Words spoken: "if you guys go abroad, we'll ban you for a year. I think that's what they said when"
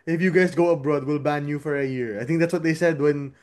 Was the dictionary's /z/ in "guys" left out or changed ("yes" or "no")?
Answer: yes